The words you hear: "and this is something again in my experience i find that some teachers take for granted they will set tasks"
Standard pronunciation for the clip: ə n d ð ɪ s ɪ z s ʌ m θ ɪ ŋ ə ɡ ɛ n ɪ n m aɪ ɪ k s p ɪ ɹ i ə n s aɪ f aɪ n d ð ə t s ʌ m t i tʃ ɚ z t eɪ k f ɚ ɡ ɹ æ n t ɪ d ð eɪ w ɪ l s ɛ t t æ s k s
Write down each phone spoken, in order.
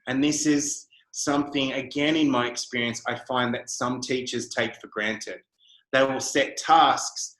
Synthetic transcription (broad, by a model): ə n ð ɪ s ɪ z s ʌ m θ ɪ ŋ ə ɡ ɛ n ɪ n m aɪ ɪ k s p ɪ ɹ i ə n s aɪ f aɪ n ð ə t s ʌ m t i tʃ ɚ z t eɪ k f ɚ ɡ ɹ æ n t ɪ d ð eɪ w ɪ l s ɛ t t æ s k s